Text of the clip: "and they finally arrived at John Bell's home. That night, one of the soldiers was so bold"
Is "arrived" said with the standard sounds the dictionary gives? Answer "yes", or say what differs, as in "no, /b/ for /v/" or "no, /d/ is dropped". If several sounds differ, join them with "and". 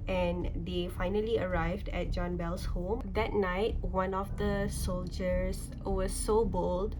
yes